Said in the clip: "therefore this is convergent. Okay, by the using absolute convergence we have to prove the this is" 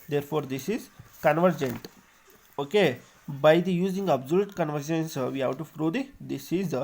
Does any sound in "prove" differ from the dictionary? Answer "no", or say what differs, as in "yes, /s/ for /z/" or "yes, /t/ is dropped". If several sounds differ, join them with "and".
yes, /f/ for /p/